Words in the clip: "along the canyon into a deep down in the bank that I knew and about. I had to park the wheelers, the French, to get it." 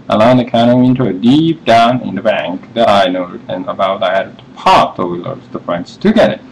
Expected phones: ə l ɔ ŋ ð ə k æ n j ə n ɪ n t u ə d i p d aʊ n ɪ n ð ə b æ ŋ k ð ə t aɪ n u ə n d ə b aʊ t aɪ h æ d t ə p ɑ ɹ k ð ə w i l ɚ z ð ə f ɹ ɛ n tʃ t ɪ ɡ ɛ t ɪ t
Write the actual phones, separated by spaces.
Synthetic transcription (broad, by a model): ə l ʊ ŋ ð ə k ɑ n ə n ɪ n t u ə d i p d aʊ n ɪ n ð ə b æ ŋ k ð ə t aɪ n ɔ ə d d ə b aʊ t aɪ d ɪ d t ə p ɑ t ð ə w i l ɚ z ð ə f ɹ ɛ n s t ɪ ɡ ɛ t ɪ t